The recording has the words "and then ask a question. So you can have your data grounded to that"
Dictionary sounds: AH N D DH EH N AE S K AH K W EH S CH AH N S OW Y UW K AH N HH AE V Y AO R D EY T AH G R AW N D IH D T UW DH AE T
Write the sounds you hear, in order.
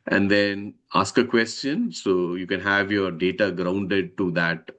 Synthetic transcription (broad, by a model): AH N D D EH N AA S K AH K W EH S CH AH N S OW Y UW K AH N HH AE V Y AO R D EY T AH G R AW N D IH D T UW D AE T